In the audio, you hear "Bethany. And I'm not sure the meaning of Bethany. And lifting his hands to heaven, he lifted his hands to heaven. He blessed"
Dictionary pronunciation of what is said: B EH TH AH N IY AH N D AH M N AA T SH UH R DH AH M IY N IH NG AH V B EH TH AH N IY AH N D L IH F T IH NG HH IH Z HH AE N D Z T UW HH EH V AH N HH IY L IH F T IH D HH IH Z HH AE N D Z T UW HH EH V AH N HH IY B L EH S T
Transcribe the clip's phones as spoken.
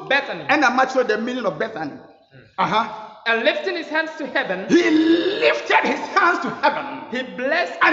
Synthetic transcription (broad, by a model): B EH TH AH N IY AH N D AH M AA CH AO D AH M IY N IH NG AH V B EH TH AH N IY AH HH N L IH F T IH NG HH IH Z HH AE N D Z T UW HH EH V AH N HH IY L IH F T IH D HH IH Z HH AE N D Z T UW HH EH V AH N HH IY B L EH S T